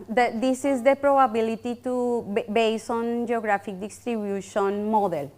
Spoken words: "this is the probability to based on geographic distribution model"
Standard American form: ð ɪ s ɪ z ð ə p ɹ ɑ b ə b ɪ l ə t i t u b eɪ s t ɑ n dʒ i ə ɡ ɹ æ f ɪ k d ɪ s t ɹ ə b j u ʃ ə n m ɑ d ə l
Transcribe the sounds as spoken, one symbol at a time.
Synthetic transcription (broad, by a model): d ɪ s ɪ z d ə p ɹ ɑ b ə b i l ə t i t u b eɪ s ɑ n dʒ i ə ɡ ɹ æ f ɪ k d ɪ s t ɹ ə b j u ʃ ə n m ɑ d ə l